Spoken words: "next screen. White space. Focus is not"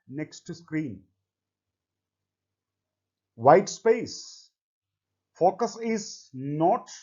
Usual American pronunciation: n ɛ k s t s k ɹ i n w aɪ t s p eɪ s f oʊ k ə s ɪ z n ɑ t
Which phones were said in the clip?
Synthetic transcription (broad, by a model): n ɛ k s t s k ɹ i n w aɪ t s p eɪ s f oʊ k ə s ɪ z n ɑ t